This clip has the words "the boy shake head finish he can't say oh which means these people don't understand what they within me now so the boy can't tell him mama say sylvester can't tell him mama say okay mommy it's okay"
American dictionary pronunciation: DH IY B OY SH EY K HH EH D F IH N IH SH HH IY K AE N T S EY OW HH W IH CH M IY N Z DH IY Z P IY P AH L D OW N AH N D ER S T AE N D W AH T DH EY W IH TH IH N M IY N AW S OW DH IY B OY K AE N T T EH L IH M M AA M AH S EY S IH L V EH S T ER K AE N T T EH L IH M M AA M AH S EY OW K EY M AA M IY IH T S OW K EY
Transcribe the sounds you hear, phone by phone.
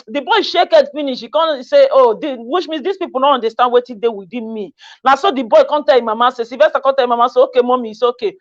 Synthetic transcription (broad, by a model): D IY B OY SH EY K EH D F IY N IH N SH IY K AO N S EY OW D W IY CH M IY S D IY S P IY P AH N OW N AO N D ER S T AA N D W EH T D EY W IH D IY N M IY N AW S OW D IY B OY K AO N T T EH L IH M M AA M AH S EY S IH V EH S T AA K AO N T T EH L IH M M AA M AH S EY OW K EY M AA M IY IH S OW K EY